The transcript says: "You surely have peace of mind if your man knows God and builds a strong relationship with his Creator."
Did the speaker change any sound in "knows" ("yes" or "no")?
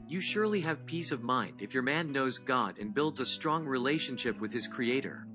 no